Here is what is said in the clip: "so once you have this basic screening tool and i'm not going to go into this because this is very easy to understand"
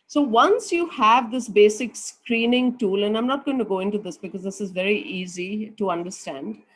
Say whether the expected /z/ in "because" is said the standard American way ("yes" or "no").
yes